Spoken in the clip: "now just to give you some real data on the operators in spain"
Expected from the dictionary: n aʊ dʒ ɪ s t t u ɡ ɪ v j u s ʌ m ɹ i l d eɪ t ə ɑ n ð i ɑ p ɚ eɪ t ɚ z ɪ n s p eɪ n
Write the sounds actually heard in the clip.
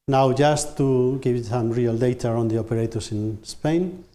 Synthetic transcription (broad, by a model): n aʊ dʒ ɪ s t t u ɡ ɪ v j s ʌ m ɹ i l d eɪ t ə ɑ n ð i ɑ p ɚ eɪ t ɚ s ɪ n s p eɪ n